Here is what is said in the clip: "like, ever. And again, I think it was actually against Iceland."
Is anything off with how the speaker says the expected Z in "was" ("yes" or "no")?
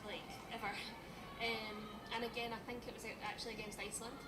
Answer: no